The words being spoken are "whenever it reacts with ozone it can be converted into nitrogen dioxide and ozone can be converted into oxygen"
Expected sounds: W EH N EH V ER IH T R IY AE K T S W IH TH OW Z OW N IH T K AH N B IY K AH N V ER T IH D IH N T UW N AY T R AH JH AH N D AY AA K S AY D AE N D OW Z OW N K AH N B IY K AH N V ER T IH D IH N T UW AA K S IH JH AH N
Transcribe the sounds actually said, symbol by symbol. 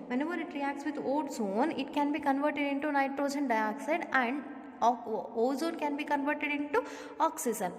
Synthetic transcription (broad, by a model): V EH N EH V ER IH T R IY AE K T S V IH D OW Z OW N IH T K AH N B IY K AH N V ER T IH D IH N T UW N AY T R AH JH AH N D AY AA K S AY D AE N D OW Z OW N K AH N B IY K AH N V ER T IH D IH N T UW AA K S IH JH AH N